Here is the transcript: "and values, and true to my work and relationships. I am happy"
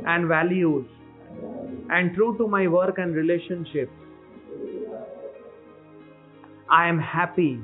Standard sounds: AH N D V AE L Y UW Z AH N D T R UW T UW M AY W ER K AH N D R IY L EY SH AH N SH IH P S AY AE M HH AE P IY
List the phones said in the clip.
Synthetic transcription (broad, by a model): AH N D V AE L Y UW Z AH N D T R UW T UW M AY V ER K AH N D R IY L EY SH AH N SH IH P AY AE M HH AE P IY